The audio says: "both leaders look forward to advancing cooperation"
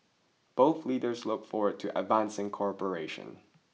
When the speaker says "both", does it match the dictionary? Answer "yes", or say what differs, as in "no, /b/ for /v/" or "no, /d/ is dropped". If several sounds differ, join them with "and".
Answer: yes